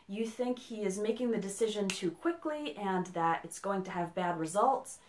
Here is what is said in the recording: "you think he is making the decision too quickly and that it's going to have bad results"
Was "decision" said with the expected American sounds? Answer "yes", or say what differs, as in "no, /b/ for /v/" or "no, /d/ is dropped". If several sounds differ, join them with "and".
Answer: yes